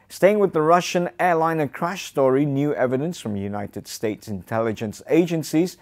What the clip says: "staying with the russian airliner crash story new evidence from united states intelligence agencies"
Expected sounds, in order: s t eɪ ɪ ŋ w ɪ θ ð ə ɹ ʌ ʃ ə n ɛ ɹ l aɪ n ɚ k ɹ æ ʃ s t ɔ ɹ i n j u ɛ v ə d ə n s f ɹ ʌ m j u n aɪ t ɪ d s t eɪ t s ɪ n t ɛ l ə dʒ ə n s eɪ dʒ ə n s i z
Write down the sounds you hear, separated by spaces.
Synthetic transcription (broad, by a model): s t eɪ ɪ ŋ w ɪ ð ə ɹ ʌ ʃ ə n ɛ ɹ l aɪ n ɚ k ɹ æ ʃ s t ɔ ɹ i n j u ɛ v ə d ə n s f ɹ ʌ m j u n aɪ t ɪ d s t eɪ t s ɪ n t ɛ l ə dʒ ə n s eɪ dʒ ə n s i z